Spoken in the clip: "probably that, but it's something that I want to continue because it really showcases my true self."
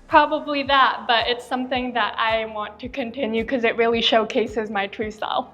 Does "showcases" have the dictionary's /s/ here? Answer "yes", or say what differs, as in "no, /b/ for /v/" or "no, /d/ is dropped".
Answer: yes